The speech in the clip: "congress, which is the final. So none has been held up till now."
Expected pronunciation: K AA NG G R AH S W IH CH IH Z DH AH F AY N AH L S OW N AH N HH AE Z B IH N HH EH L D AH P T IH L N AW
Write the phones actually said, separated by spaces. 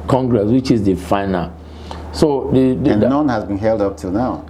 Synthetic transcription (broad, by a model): K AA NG G R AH S W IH CH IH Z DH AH F AY N AH L S OW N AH N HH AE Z B IH N HH EH L D AH P T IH L N AW